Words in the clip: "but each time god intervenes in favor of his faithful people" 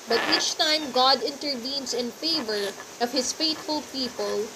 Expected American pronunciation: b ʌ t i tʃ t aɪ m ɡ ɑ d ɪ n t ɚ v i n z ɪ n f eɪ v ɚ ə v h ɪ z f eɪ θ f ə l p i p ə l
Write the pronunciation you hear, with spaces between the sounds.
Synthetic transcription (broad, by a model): b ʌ t i tʃ t aɪ m ɡ ɑ d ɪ n t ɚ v i n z ɪ n f eɪ v ɚ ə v h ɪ s f eɪ t f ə l p i p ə l